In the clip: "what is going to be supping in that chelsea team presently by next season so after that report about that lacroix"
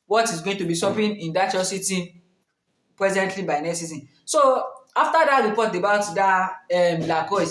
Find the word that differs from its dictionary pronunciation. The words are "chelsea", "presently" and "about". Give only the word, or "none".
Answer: chelsea